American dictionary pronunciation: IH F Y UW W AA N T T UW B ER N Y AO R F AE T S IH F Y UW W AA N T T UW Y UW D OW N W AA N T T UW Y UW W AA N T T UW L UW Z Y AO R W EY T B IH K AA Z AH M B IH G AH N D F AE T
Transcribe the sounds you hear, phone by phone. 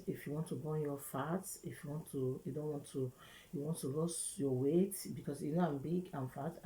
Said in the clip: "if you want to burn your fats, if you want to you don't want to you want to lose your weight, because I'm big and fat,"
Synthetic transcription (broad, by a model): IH F Y UW W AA N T T UW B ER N Y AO F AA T IH F Y UW W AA N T T UW Y UW D OW N W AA N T T UW Y UW W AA N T T UW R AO S Y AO W EY T B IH K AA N AH M B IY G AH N F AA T